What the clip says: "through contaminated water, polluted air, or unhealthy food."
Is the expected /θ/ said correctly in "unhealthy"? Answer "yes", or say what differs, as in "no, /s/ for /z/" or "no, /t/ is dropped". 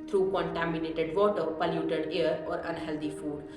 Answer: no, /t/ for /θ/